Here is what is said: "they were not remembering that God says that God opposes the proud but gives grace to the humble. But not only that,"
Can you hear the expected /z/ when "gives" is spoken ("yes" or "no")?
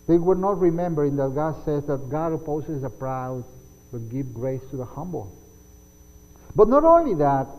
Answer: no